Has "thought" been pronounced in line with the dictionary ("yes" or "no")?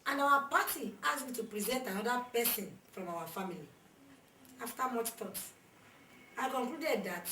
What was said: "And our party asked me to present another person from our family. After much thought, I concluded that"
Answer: no